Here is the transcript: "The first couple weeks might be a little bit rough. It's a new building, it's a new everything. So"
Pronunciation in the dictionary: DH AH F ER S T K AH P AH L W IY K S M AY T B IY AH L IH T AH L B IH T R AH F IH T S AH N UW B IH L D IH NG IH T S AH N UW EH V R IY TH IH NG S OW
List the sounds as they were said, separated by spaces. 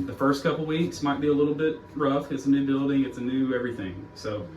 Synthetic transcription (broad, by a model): DH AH F ER S T K AH P L W IY K S M AY T B IY AH L IH T L B IH T R AH F IH T S AH N UW B IH L D IH NG IH T S AH N UW EH V R IY TH IH NG S OW